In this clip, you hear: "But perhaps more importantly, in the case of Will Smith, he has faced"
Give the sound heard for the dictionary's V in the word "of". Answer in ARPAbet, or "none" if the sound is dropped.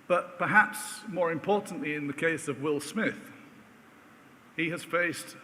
V